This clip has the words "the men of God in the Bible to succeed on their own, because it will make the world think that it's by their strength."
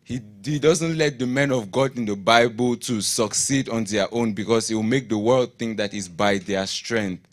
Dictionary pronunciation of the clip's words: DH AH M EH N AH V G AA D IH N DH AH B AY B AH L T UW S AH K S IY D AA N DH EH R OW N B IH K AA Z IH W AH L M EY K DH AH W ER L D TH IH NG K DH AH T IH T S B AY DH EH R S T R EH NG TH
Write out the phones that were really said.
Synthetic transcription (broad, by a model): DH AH M EH N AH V G AA D IH N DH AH B AY B AH L T UW S AH K S IY D AA N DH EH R OW N B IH K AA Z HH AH W M EY K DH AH W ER L D TH IH NG K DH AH T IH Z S B AY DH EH S T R EH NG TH